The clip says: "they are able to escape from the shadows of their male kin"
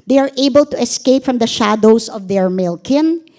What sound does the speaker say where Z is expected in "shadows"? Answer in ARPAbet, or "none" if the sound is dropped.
S